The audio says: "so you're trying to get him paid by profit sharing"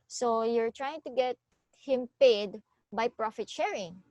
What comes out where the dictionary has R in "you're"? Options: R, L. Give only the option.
R